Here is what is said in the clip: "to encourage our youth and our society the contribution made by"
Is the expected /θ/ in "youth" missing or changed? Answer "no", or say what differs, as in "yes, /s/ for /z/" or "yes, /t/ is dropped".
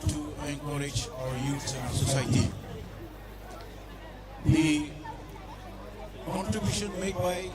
yes, /s/ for /θ/